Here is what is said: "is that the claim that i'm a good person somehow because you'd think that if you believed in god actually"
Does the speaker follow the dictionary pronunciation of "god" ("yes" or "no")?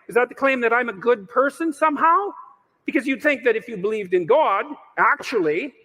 yes